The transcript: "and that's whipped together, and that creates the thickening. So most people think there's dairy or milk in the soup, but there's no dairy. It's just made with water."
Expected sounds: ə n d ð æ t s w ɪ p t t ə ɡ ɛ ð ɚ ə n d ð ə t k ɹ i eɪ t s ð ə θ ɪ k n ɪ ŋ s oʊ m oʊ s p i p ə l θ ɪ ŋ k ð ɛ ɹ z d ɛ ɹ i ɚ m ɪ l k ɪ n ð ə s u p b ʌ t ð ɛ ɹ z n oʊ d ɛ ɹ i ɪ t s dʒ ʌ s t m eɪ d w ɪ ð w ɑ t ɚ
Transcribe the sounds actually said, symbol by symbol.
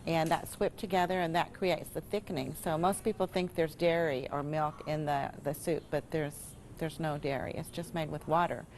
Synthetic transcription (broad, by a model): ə n ð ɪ t s w ɪ p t t ə ɡ ɛ ð ɚ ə n ð ə t k ɹ i eɪ t s ð ə θ ɪ k n ɪ ŋ s oʊ m oʊ s p i p l θ ɪ ŋ k ð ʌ ɹ z d ɛ ɹ i ɚ m ɪ l k ɪ n ð ə s u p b ʌ t ð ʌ ɹ z n oʊ d ɛ ɹ i ɪ t s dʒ ʌ s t m eɪ d w ɪ ð w ɑ t ɚ